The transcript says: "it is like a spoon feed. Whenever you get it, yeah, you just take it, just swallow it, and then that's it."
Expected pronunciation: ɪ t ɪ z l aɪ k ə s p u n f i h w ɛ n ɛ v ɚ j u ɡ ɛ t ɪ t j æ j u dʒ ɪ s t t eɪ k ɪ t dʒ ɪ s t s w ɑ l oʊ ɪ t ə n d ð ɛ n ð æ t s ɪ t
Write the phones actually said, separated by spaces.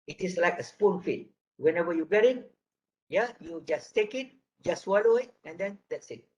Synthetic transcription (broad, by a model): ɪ t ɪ s l aɪ k ə s p u n f i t w ɛ n ɛ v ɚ j u ɡ ɛ t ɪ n j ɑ j u dʒ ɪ s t t eɪ k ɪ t dʒ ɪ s s w ɑ l oʊ ɪ t ə n d ɛ n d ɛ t s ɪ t